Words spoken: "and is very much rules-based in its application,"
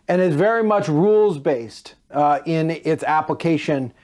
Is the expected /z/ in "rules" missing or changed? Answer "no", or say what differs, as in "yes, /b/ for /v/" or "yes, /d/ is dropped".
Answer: no